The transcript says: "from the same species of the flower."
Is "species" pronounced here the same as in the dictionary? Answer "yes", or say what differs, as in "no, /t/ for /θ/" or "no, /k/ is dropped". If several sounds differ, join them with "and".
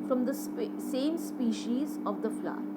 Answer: yes